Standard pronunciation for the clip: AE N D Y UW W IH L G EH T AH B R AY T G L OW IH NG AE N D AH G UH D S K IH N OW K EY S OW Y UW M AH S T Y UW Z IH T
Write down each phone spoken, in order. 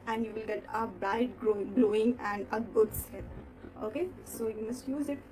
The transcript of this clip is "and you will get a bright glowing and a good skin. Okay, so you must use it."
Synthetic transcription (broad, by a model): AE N D Y UW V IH L G EH T AH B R AY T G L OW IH NG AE N D AH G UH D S EH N OW K EY S OW Y UW M AH S T Y UW Z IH T